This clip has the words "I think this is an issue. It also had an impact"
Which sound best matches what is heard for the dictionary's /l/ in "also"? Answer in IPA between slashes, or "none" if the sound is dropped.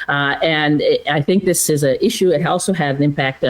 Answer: /l/